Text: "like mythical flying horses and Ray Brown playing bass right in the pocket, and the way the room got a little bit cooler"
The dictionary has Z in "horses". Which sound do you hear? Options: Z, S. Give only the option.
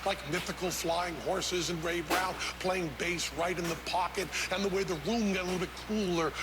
Z